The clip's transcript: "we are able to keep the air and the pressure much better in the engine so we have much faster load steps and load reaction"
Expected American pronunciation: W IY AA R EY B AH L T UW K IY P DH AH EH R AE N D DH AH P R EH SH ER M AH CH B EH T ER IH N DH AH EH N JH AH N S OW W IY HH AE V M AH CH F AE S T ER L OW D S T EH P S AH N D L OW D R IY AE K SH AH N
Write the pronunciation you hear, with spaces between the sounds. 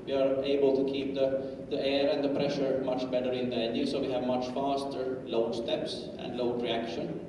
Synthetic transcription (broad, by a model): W IY AA R EY B AH L T UW K IY P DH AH EH R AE N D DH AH P R EH SH ER M AH CH B EH T ER IH N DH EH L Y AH S OW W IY HH AE V M AH CH F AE S T ER L OW D S T EH P S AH N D L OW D R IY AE K SH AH N